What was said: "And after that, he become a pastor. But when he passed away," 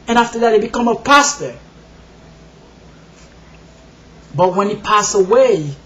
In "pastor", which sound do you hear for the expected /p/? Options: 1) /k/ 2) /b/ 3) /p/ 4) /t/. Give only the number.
3